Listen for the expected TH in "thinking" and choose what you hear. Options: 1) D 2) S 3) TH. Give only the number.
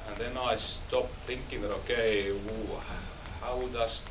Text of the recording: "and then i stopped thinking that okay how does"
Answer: 3